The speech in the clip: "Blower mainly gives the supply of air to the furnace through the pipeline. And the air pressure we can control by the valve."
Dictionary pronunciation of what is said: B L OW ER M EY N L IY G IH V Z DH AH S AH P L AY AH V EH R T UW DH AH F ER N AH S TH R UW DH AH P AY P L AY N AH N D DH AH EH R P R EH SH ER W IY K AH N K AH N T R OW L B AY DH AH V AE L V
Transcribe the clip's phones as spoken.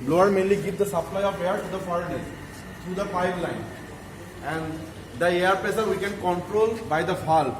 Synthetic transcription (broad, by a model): B L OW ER M EY N L IY G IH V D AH S AH P L AY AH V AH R T UW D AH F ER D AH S T R UW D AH F AY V L AY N AH N D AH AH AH R P EH S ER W IY K AH N K AH N T R OW L B AY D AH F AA L